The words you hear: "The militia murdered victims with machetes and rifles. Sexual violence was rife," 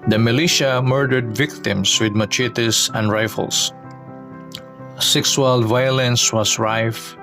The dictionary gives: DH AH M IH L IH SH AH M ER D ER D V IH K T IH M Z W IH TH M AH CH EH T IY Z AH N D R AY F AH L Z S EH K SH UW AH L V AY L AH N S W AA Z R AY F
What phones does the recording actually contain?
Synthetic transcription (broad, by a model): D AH M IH L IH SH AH M ER D ER D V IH K T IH M S W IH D M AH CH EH T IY S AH N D R AY F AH L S S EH K S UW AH L V AY L AH N S W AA S R AY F